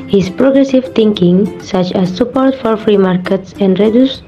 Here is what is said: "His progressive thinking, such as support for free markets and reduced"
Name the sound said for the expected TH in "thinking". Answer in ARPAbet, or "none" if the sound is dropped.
T